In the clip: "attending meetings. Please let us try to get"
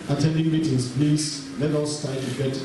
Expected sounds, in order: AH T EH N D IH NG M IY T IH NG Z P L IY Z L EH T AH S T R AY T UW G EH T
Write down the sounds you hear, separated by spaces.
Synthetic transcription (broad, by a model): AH T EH N D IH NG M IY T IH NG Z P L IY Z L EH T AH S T AY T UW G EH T